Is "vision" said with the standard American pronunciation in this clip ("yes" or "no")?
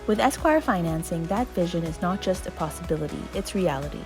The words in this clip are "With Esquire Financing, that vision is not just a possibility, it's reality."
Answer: yes